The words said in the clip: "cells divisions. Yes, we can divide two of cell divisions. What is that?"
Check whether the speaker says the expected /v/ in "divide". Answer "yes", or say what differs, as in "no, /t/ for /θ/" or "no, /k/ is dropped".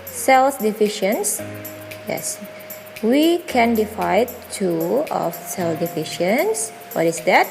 no, /f/ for /v/